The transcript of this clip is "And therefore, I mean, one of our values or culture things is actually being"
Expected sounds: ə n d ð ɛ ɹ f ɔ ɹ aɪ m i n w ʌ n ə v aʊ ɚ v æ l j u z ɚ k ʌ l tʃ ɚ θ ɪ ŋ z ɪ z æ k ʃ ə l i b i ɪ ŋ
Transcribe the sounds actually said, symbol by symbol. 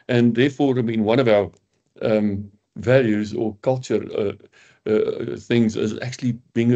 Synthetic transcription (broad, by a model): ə n ð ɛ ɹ f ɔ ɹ aɪ m i n w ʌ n ə v aʊ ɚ v æ l j u z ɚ k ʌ l tʃ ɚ θ ɪ ŋ z ɪ z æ k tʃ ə l i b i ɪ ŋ